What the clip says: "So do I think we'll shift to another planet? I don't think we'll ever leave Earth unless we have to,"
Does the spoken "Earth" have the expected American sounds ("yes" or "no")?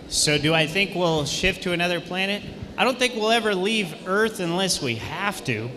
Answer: yes